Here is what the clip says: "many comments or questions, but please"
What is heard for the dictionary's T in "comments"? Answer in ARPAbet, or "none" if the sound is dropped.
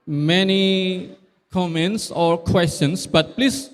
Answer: T